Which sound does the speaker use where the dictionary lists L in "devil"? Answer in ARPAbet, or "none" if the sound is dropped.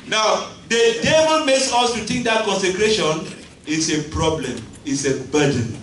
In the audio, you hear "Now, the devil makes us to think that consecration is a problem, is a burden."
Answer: N